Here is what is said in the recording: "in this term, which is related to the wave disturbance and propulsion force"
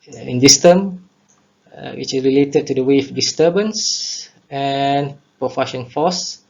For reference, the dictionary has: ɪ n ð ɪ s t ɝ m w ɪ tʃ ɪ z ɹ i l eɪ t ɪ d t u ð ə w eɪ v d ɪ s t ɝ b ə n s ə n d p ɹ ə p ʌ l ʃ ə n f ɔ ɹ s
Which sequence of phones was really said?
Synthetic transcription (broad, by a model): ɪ n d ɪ s t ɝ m w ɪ tʃ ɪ s ɹ i l eɪ t ɪ d t u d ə w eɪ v d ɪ s t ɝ b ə n s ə n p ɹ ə f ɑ ʃ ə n f ɔ s